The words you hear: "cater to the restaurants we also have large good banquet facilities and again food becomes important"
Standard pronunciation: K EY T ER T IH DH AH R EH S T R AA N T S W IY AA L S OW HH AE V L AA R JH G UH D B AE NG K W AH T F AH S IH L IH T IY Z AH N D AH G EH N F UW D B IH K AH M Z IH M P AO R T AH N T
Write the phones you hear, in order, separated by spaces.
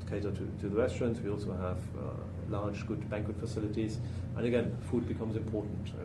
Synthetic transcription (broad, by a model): K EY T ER T IH DH AH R EH S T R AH N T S W IY AA L S OW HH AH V L AA R JH G UH D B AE NG K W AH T F AH S IH L IH T IY Z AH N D AH G EH N F UW D B IH K AH M Z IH M P AO R T N T